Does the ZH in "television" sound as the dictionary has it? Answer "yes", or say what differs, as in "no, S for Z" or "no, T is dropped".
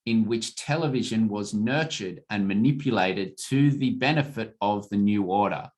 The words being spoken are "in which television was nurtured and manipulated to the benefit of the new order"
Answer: yes